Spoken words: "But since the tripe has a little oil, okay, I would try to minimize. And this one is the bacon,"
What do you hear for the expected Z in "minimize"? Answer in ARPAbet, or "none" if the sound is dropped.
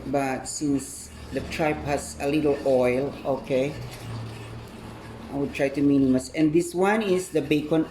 S